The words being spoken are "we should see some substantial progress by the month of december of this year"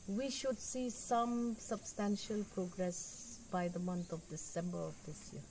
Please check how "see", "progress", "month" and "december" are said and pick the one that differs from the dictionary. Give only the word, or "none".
month